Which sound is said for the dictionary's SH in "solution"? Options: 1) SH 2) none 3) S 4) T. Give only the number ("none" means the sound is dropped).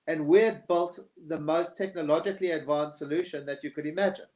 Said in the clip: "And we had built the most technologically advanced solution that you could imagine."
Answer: 1